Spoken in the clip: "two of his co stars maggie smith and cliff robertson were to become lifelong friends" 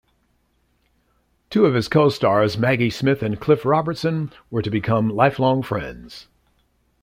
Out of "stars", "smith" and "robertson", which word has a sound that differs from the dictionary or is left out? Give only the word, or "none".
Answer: none